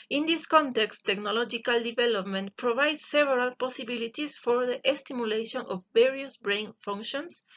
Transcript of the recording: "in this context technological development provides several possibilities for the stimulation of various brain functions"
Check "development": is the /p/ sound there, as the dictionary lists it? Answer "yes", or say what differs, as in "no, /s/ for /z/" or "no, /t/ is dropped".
yes